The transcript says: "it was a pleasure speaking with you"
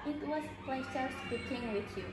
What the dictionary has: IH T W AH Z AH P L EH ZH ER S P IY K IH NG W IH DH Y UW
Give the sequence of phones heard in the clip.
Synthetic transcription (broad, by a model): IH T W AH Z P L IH S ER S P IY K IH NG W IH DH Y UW